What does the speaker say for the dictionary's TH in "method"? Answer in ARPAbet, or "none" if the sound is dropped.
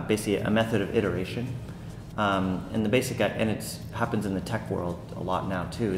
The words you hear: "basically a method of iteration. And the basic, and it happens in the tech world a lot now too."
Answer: TH